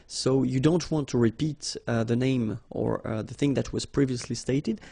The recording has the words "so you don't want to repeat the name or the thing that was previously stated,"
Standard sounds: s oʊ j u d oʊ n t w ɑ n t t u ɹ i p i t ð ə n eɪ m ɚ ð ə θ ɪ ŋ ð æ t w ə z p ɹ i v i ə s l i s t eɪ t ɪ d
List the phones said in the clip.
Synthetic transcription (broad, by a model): s oʊ j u d oʊ n t w ɑ n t t u ɹ i p i t ð ə n eɪ m ɚ ð ə θ ɪ ŋ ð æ t w ə z p ɹ i v i ə s l i s t eɪ t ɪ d